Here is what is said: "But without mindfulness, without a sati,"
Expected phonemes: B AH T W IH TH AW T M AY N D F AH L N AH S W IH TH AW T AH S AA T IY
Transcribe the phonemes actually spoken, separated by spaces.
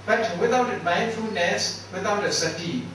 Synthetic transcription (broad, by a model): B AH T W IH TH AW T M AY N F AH N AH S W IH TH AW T AH S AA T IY